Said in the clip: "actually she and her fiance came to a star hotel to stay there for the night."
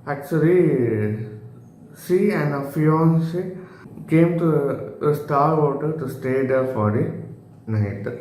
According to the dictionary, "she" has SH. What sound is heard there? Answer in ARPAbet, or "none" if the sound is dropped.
S